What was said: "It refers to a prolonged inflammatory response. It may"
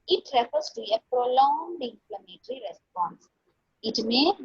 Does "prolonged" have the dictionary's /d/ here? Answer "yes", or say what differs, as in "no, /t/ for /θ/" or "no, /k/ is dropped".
yes